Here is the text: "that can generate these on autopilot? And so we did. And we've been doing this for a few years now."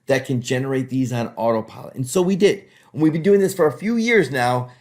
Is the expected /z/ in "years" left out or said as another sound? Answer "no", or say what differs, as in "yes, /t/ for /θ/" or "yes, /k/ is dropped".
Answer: no